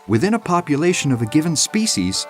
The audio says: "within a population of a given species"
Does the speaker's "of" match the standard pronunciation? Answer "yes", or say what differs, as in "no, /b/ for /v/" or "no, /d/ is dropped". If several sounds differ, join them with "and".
yes